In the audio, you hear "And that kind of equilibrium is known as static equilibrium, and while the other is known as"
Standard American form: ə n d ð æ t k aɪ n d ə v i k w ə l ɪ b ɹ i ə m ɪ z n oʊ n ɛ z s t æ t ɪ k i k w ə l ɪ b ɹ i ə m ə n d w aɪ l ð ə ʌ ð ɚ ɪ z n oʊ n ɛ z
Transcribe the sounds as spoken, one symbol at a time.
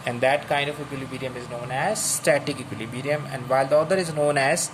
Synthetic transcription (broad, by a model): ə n d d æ t k aɪ n d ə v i k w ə l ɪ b ɹ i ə m ɪ z n oʊ n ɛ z s t æ t ɪ k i k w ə l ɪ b ɹ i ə m ə n d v aɪ l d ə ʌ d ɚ ɪ z n oʊ n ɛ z